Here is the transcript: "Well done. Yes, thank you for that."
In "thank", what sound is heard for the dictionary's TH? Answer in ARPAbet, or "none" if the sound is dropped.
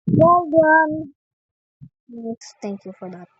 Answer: T